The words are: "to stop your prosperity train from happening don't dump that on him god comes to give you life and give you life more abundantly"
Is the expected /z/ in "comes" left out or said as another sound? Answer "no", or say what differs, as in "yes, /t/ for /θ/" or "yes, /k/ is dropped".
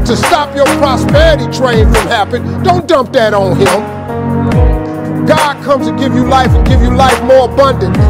yes, /z/ is dropped